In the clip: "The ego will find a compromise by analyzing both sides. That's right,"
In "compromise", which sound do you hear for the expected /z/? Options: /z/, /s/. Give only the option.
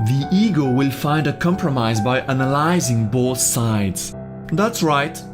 /z/